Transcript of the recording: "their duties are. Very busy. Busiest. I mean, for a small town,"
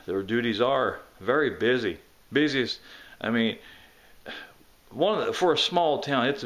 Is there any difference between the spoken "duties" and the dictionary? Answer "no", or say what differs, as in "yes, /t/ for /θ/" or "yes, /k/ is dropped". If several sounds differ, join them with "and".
no